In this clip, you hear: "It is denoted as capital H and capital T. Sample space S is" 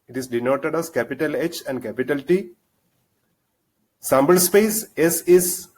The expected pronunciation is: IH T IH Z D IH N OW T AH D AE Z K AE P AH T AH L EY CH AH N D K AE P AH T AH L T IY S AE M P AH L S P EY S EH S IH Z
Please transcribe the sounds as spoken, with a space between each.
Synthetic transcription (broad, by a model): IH T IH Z D IH N OW T AH D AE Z K AE P AH T AH L EY CH AH N D K AE P AH T AH L T IY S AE M B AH L S P EY S EH S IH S